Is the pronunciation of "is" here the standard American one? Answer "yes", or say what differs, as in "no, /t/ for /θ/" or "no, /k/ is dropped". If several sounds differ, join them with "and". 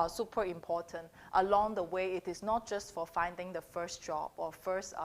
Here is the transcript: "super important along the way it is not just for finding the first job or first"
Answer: no, /s/ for /z/